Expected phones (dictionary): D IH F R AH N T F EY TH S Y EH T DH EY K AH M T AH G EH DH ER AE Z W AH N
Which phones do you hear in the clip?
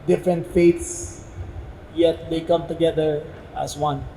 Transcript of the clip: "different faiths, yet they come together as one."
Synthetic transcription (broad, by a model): D IH F R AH N T F EY T S Y EH T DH EY K AH M T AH G EH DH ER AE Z W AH N